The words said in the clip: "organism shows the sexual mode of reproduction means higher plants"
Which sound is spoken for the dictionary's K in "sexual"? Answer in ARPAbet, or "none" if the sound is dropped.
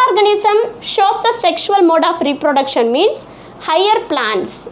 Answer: K